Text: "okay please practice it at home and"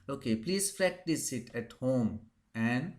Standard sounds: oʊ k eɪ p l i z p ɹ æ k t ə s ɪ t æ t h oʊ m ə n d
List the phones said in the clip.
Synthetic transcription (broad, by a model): oʊ k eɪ p l i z f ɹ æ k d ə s ɪ t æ t h oʊ m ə n d